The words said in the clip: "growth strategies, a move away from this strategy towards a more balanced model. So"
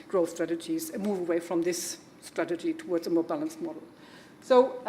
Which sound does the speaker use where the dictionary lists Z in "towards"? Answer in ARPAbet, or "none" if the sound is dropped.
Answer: Z